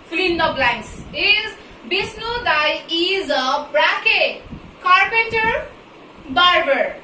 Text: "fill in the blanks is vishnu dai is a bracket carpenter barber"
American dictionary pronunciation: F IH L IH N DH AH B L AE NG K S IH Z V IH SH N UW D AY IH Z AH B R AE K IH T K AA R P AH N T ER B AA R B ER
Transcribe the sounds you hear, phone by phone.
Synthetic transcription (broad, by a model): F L IH N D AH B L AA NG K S IH Z B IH S N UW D AY IH Z AH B R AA K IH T K AA R P AH N T ER B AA R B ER